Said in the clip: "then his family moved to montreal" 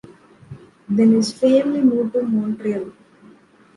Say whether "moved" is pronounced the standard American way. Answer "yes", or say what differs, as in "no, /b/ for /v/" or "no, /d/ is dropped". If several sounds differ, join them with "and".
no, /v/ is dropped